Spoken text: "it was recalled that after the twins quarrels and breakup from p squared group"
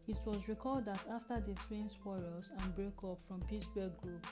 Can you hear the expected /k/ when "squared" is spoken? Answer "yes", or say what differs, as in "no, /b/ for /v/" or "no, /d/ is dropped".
no, /k/ is dropped